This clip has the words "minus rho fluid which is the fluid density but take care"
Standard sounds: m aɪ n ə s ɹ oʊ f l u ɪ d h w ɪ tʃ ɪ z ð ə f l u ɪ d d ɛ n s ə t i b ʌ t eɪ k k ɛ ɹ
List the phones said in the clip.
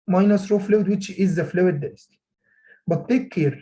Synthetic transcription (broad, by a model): m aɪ n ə s ɹ oʊ f l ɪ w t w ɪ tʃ ɪ z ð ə f l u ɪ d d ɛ s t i b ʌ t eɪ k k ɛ ɹ